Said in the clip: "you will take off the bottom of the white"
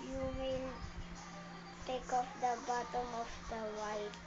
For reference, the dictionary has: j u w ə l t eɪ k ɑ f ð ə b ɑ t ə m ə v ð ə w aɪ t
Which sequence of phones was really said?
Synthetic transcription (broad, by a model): j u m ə n t eɪ k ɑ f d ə b ɑ t ə m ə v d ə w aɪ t